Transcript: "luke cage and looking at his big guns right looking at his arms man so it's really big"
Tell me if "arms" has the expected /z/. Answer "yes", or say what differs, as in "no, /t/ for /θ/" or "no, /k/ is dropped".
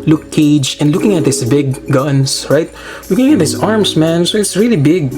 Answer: no, /s/ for /z/